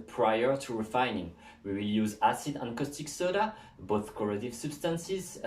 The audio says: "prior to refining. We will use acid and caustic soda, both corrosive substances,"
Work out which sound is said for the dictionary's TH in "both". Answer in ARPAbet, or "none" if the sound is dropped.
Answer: TH